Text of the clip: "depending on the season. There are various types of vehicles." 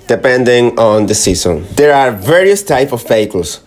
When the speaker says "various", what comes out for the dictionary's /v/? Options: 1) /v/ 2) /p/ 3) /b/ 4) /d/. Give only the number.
1